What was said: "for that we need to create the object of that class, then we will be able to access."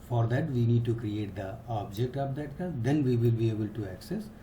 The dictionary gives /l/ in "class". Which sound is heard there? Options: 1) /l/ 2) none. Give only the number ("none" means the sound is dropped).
2